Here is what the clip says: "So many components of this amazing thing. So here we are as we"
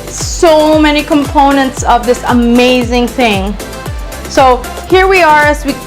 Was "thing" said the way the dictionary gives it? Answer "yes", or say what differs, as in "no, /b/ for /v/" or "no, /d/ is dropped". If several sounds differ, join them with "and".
yes